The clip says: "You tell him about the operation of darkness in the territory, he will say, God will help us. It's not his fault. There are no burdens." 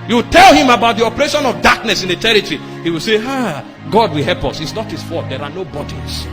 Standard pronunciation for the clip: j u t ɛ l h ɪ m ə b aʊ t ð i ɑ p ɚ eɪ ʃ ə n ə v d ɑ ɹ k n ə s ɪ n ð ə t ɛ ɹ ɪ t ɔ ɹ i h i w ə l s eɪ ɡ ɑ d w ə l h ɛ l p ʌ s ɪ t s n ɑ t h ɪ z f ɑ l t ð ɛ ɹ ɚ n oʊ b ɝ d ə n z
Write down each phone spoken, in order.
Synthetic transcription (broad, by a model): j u t ɛ l h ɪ m ə b aʊ t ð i ɑ p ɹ eɪ ʃ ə n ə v d ɑ k n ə s ɪ n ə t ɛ ɹ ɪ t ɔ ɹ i h i w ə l s eɪ ɡ ɑ d w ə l h ɛ l p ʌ s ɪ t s n ɑ t h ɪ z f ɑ t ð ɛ ɹ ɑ n oʊ b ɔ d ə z